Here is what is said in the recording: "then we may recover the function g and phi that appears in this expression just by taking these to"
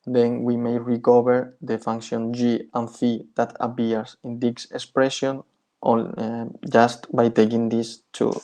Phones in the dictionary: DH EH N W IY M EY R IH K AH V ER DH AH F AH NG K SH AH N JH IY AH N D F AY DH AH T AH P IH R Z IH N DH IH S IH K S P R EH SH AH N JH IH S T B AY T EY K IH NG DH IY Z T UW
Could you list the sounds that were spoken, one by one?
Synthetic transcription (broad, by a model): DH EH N W IY M EY R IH K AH B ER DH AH F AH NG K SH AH N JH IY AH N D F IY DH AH T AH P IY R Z IH N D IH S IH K S P R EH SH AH N JH IH S T B AY T EY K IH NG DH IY S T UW